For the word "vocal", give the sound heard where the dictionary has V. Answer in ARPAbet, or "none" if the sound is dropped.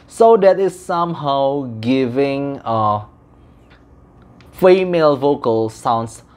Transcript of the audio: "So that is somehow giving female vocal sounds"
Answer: V